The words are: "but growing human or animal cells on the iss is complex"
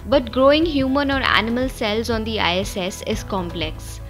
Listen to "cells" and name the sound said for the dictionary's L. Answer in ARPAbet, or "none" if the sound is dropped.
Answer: L